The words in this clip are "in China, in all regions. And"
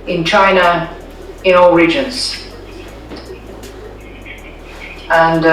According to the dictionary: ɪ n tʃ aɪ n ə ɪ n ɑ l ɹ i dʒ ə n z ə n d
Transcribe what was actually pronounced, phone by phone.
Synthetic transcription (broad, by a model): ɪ n tʃ aɪ n ə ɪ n ɑ l ɹ i dʒ ə n z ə n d